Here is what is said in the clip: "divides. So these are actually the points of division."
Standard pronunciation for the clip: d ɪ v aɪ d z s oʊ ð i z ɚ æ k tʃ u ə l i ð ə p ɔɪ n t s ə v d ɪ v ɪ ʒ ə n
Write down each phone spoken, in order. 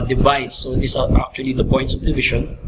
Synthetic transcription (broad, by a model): d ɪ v aɪ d s oʊ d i s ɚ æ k tʃ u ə l i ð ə p ɔɪ n t s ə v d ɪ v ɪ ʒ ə n